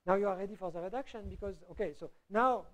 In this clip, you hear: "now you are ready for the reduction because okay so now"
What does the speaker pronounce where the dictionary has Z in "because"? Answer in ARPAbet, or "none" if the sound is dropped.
Z